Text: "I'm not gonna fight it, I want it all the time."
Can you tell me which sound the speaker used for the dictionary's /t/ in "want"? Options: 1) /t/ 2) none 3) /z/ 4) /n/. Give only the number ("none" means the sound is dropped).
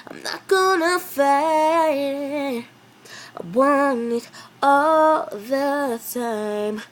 2